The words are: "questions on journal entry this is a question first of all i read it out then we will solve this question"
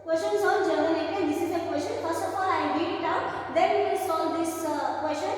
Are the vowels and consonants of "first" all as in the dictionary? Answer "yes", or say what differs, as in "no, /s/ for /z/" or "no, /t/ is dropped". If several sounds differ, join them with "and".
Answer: yes